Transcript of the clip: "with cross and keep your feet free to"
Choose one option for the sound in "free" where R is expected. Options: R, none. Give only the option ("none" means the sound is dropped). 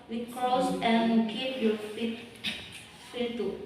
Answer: none